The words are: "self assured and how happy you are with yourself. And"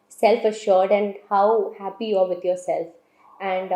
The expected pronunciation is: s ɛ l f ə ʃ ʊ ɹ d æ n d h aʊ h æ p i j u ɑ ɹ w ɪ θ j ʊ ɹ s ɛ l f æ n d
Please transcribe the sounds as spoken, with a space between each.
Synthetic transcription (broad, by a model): s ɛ l f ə ʃ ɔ ɹ d æ n d h aʊ h æ p i j u ɑ ɹ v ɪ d j ʊ ɹ s ɛ l f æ n d